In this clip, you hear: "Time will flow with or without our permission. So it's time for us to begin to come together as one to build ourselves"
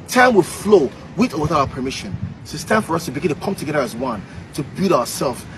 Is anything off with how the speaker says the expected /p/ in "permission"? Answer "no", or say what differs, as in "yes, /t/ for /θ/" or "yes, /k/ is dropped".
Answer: no